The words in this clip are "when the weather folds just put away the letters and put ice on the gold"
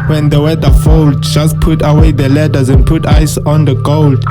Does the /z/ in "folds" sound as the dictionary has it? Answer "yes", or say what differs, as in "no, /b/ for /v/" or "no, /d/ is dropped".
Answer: no, /z/ is dropped